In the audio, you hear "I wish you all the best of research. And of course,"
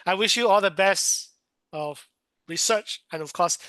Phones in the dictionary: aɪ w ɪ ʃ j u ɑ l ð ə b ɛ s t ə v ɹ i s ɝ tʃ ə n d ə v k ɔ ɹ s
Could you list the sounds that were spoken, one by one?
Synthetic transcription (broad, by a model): aɪ w ɪ ʃ j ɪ ɑ l ð ə b ɛ s t ə v ɹ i s ɝ tʃ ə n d ə v k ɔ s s